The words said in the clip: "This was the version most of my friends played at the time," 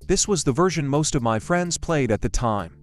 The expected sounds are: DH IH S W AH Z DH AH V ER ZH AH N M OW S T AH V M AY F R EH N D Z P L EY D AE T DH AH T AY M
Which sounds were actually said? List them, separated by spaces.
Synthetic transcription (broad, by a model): DH IH S W AH Z DH AH V ER ZH AH N M OW S T AH V M AY F R EH N D Z P L EY D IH T DH AH T AY M